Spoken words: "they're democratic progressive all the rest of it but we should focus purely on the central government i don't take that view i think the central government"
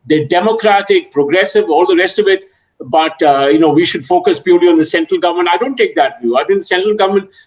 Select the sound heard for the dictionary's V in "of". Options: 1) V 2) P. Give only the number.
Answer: 1